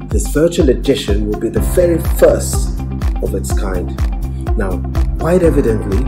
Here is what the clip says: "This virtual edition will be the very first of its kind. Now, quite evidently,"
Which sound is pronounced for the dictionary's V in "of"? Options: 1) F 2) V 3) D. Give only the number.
2